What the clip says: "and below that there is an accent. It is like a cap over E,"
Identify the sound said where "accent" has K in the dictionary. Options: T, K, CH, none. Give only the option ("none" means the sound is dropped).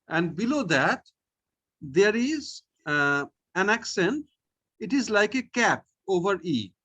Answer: K